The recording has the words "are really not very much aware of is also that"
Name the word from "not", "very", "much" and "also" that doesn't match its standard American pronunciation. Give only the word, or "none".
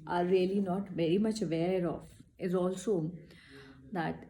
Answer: none